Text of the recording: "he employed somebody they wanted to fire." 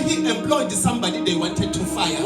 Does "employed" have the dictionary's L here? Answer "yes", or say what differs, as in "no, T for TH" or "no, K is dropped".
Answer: yes